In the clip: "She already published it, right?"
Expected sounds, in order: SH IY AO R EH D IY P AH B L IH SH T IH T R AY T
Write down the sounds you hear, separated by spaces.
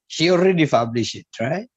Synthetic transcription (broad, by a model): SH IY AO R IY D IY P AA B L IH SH IH T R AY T